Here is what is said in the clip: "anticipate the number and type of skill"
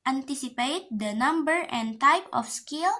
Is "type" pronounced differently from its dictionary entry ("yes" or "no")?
no